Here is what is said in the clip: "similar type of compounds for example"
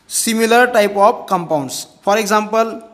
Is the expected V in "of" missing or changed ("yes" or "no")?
yes